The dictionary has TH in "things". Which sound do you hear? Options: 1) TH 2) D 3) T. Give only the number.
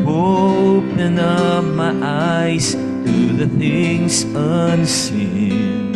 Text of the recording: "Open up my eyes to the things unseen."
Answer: 1